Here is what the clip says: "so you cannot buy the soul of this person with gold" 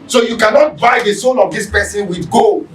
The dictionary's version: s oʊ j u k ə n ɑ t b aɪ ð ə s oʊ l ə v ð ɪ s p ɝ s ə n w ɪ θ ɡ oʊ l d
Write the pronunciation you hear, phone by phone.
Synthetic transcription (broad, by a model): s oʊ j u k ə n ɑ t b aɪ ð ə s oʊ n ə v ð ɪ s p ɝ s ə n w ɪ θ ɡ oʊ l